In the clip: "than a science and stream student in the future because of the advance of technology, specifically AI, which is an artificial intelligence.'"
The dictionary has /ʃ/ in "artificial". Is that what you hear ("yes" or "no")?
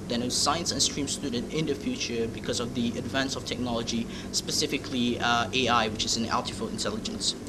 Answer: no